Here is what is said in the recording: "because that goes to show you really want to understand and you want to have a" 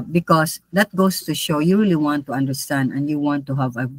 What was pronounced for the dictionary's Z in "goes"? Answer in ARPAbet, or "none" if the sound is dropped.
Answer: S